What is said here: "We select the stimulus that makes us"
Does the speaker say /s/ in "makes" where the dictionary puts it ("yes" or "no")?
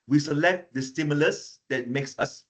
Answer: yes